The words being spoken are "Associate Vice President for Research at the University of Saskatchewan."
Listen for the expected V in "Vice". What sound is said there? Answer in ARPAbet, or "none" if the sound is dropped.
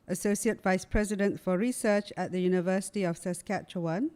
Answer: V